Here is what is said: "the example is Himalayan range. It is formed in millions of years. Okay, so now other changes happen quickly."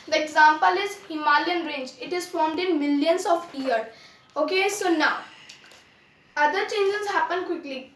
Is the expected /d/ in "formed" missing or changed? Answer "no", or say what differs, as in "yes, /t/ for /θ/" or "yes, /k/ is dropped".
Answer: no